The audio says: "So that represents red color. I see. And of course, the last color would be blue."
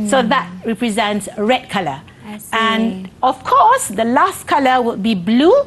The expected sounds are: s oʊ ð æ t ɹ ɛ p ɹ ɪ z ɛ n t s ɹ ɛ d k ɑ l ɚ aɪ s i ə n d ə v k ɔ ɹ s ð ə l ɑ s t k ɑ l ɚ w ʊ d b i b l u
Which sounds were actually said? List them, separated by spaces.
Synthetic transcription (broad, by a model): s oʊ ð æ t ɹ ɛ p ɹ ɪ z ɛ n t s ɹ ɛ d k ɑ l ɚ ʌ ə n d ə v k ɔ s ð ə l ɑ s t k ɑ l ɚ w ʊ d b i b l u